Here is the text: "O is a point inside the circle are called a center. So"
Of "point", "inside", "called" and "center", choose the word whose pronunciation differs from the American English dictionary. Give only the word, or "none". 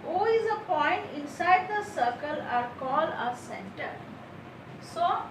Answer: called